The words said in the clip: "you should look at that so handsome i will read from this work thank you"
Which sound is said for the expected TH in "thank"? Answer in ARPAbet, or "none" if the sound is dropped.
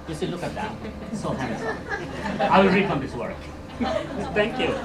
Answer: T